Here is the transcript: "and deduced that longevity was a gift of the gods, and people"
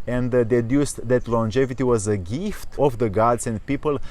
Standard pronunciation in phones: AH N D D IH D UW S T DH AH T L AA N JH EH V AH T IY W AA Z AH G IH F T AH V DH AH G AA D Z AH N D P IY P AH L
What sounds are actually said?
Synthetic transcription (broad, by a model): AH N D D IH D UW S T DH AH T L AA N JH EH V AH T IY W AA Z AH G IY F T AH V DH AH G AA D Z AH N D P IY P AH L